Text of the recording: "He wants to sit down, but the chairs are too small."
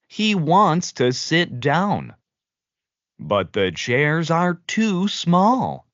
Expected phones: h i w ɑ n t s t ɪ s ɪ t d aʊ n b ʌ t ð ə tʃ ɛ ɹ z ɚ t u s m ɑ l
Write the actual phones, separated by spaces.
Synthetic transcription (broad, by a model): h i w ɑ n t s t ɪ s ɪ t d aʊ n b ʌ t ð ə tʃ ɛ ɹ z ɚ t u s m ɑ l